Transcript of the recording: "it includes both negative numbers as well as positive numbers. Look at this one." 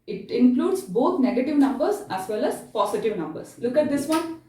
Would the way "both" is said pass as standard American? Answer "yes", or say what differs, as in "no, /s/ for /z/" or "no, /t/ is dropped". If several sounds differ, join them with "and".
no, /t/ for /θ/